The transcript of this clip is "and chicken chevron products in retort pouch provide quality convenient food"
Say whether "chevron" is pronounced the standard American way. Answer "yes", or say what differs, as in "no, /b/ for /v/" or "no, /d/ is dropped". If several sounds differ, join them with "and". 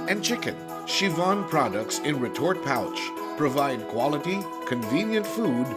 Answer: no, /ɹ/ is dropped